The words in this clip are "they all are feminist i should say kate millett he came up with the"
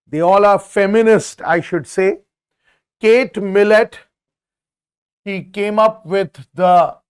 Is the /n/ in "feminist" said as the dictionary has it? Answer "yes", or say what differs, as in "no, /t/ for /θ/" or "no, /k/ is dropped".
yes